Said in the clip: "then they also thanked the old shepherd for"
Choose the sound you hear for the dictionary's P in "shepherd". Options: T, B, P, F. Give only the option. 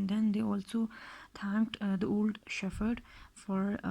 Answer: F